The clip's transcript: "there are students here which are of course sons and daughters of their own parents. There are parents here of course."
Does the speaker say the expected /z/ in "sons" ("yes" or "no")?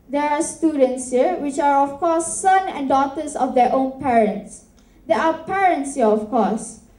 no